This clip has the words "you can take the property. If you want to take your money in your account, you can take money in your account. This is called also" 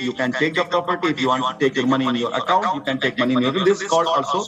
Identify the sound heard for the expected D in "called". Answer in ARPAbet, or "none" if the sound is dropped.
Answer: none